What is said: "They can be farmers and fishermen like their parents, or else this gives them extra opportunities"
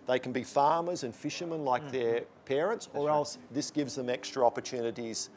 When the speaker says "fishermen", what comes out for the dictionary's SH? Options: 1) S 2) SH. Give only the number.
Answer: 2